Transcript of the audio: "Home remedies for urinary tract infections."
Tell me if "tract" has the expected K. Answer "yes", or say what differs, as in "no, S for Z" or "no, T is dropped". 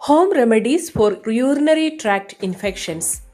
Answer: yes